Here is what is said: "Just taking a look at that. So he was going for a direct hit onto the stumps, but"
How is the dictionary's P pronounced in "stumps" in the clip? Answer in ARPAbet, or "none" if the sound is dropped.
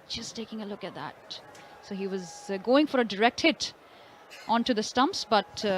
P